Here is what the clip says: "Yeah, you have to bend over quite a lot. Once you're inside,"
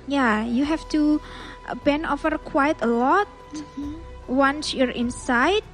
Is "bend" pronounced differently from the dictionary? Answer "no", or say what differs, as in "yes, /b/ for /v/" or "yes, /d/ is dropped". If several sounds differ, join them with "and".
yes, /d/ is dropped